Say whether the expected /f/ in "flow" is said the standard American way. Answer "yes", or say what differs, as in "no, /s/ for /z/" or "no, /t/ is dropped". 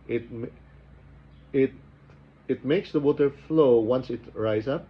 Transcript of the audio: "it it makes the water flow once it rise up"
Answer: yes